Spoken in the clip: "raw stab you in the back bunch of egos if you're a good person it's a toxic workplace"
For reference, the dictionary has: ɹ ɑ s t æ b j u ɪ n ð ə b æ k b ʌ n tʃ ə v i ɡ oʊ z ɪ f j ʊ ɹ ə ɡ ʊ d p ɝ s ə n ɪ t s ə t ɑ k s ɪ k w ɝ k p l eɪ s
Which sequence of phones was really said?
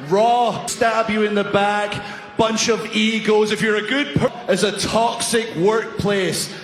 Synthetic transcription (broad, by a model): ɹ ɑ s t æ b j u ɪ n ð ə b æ k b ʌ n tʃ ə v i ɡ oʊ z ɪ f j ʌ ɹ ə ɡ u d p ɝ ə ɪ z ə t ɑ k s ɪ k w ɝ k p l eɪ s